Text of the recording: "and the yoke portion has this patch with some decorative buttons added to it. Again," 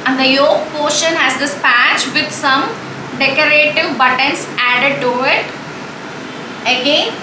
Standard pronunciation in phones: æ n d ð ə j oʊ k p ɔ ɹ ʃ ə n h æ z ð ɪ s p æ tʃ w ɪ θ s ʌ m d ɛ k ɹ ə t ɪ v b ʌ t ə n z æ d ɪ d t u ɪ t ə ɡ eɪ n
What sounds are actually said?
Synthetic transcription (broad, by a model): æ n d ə j oʊ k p ɔ ʃ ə n h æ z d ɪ s p æ tʃ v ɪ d s ʌ m d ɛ k ɹ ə t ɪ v b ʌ t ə n s æ d ɪ d t u ɪ t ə ɡ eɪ n